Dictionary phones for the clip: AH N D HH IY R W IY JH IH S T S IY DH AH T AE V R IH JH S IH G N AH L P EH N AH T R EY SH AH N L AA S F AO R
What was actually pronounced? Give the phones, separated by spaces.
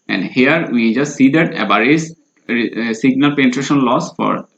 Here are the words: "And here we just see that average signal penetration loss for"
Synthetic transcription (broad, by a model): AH N D HH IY R W IY JH IH S T S IY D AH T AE B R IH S S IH G N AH L P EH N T R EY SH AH N L AA S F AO R